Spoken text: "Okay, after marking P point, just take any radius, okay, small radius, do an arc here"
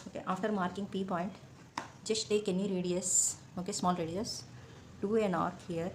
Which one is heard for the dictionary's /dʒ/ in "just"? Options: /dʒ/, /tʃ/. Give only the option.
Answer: /dʒ/